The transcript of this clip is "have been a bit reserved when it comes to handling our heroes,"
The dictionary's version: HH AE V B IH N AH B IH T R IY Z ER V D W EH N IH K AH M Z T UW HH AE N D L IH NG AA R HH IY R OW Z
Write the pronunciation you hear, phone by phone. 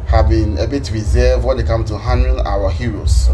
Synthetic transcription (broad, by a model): HH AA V B IH N AH B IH T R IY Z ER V W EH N IH K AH M T UW HH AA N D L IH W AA HH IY R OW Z